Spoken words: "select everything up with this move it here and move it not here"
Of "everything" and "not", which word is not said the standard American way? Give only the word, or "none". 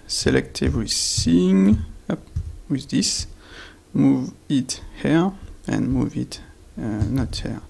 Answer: everything